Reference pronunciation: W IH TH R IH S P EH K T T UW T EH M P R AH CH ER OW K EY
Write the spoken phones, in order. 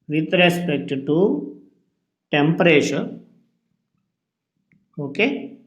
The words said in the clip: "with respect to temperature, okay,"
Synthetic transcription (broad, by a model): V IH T R IH S P EH K T T UW T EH M P R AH SH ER OW K EY